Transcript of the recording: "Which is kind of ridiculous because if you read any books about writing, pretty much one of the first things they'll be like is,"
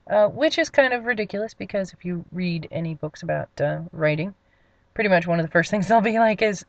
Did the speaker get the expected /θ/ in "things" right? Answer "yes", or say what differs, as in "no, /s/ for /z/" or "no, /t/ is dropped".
yes